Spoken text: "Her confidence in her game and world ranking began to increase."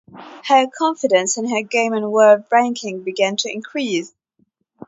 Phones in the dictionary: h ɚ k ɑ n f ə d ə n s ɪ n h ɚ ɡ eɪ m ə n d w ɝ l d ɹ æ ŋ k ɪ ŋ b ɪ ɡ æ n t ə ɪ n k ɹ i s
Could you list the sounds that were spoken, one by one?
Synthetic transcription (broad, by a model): h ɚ k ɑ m f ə d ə n s ɪ n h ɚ ɡ eɪ m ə n w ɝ d ɹ æ ŋ k ɪ ŋ b ɪ ɡ æ n t ə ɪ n k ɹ i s